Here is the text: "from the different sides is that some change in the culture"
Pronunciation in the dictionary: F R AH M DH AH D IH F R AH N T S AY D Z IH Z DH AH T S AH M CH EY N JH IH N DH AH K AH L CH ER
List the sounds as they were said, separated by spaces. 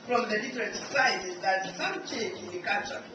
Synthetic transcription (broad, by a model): F R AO M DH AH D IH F R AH N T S AY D IH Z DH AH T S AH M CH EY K IH N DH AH K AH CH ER